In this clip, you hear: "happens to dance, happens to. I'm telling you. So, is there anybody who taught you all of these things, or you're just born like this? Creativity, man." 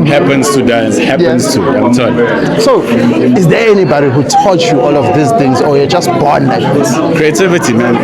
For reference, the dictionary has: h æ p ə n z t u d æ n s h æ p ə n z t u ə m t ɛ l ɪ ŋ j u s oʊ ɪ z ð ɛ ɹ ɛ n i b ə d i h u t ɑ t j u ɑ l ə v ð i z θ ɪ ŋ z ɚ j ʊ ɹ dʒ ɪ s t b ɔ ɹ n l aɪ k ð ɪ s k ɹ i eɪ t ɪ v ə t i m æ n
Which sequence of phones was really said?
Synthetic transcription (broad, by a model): h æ p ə n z t u d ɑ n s h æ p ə n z t u ə m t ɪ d s oʊ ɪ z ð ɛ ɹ ɛ n i b ə d i h u t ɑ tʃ j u ɑ l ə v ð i s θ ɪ ŋ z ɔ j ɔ dʒ ɪ s t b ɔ n l aɪ k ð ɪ s k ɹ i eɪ t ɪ v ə t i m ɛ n